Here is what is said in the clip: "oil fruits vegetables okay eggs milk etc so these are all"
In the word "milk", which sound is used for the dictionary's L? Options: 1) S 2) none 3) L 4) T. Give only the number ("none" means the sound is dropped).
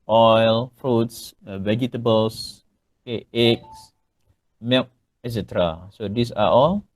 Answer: 2